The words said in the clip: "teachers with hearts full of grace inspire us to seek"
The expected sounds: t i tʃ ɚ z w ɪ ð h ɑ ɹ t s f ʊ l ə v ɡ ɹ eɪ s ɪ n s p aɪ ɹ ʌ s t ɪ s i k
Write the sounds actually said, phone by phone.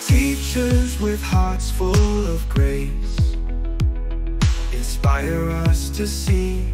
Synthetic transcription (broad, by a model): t i tʃ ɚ z w ɪ ð h ɑ ɹ t s f ʊ l ə v ɡ ɹ eɪ s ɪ n s p aɪ ɹ ʌ s t ɪ s i